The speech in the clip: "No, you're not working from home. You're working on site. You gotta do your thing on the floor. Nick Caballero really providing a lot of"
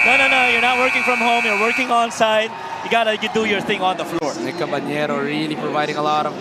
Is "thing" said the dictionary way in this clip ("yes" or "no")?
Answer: yes